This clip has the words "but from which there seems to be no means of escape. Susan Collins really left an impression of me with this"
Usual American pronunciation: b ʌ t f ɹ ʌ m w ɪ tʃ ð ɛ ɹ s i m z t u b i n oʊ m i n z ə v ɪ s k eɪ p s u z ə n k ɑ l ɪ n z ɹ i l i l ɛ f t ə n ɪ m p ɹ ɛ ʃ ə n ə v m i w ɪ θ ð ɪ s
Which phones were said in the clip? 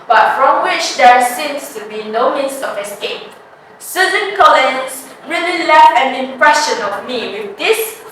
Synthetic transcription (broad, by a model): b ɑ t f ɹ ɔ m w ɪ tʃ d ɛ ɹ s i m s t u b i n oʊ m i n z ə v ɪ s k eɪ p s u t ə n k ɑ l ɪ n s ɹ i l i l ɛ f ə n ɪ m p ɹ ɛ ʃ ə n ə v m i w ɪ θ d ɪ s